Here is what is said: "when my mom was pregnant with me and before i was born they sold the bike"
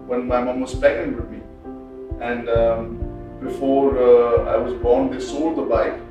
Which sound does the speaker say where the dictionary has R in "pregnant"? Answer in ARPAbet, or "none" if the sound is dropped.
none